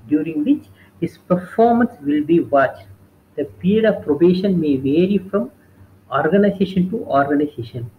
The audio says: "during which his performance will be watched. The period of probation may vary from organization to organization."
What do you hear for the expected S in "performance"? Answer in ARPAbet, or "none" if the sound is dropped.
S